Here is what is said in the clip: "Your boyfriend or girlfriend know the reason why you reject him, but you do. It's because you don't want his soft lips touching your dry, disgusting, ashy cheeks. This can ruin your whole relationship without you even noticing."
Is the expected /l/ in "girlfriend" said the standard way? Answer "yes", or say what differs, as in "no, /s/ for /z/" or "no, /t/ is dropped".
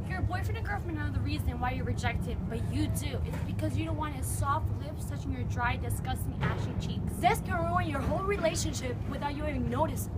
no, /l/ is dropped